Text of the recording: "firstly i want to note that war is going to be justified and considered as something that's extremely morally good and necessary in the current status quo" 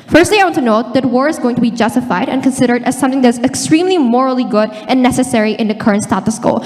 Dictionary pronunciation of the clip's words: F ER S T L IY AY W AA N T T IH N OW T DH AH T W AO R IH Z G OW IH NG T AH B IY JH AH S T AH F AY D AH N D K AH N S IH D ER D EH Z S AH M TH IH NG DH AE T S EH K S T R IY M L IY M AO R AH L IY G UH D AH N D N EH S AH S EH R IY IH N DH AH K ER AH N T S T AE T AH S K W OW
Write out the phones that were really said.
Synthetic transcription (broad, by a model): F ER S T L IY AY W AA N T T IH N OW T DH AH T W AO R IH Z G OW IH NG T AH B IY JH AH S T AH F AY D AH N K AH N S IH D ER D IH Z S AH M TH IH NG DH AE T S EH K S T R IY M L IY M AO R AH L IY G UH D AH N N EH S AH S EH R IY IH N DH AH K ER AH N T S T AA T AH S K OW